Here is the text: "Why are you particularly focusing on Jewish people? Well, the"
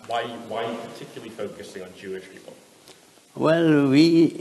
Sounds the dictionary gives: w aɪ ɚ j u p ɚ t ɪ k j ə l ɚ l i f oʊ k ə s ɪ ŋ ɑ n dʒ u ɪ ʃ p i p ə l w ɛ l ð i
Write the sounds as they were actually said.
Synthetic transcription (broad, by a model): w aɪ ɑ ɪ p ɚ t ɪ k j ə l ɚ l i f oʊ k ə s ɪ ŋ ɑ n dʒ u ɪ ʃ p i p ə l w ɛ l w i